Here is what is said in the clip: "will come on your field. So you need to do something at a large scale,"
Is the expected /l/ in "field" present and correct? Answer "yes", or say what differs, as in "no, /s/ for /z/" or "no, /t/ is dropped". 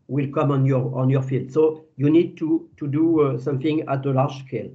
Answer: yes